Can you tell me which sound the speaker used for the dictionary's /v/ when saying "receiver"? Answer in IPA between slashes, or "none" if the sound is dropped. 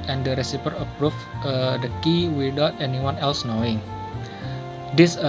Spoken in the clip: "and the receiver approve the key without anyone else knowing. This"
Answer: /p/